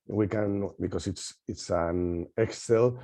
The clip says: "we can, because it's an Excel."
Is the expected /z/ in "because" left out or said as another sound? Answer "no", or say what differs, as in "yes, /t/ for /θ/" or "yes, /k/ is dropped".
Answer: yes, /s/ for /z/